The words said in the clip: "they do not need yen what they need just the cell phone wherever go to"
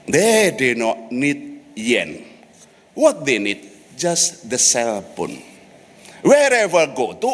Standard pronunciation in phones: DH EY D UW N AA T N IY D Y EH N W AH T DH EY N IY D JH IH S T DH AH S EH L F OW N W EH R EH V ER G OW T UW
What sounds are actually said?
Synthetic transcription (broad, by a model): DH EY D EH N AA T N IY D Y EH N W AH T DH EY N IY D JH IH S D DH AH S EH L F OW N W EH R EH V ER G OW T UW